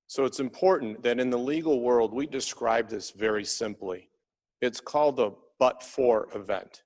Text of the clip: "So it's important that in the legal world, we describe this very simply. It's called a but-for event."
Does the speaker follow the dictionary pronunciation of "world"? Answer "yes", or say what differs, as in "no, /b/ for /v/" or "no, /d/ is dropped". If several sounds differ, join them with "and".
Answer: yes